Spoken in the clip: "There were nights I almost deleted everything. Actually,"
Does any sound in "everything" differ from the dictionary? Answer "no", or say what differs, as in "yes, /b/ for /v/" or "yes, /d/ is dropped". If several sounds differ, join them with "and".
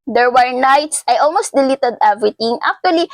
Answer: yes, /t/ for /θ/